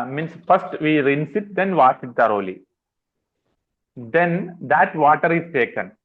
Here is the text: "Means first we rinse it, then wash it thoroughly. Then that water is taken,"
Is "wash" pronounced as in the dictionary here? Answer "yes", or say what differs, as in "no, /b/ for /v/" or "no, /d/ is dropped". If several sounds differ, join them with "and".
no, /s/ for /ʃ/